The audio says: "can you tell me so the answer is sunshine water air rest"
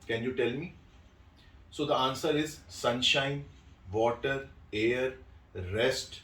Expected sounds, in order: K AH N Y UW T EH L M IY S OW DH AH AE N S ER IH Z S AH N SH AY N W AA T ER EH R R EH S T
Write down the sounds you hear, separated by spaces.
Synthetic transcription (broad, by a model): K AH N Y UW T EH L M IY S OW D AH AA N S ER IH Z S AH N SH AY N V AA T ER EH R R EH S T